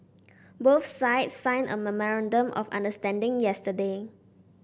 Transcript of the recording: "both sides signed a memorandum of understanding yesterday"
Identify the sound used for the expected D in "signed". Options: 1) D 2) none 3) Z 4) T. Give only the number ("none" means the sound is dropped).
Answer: 2